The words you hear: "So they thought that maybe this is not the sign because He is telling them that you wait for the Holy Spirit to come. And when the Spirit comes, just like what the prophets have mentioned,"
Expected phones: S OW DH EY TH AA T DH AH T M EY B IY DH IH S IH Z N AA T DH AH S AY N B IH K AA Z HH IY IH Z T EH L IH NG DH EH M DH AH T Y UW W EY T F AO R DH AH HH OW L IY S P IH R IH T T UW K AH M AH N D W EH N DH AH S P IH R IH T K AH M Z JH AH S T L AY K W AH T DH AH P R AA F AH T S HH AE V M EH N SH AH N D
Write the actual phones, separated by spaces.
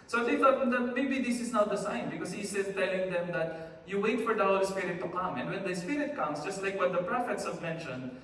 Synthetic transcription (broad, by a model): S OW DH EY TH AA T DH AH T M EY B IY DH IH S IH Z N AA T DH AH S AY N B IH K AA S HH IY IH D T EH L IH NG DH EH M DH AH T Y UW W EY T F AO R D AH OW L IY S P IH R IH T T UW K AH M AH N D W EH N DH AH S P IH R IH T K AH M S JH AH S T L AY K W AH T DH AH P R AA F AH T S HH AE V M EH N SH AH N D